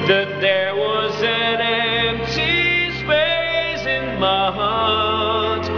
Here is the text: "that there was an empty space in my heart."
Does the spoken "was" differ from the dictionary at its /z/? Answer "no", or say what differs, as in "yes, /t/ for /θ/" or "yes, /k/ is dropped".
no